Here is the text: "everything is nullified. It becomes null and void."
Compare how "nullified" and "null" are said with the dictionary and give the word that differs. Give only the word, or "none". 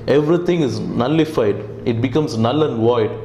none